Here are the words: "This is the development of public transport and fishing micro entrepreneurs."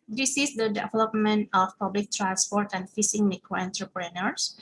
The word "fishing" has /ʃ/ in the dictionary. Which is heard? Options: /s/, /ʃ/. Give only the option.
/s/